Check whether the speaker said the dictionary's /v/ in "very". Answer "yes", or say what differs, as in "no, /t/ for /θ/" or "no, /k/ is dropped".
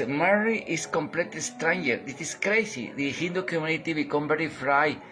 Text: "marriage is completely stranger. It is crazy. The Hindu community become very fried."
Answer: no, /b/ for /v/